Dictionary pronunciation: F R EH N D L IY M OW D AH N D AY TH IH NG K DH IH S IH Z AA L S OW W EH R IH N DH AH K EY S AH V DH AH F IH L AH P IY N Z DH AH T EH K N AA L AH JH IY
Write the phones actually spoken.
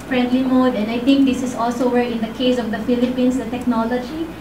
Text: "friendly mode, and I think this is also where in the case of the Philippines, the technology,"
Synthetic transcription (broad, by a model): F R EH N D L IY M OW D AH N AY T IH NG K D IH S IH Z AA L S OW W EH R IH N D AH K EY S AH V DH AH F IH L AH P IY N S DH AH T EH K N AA L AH JH IY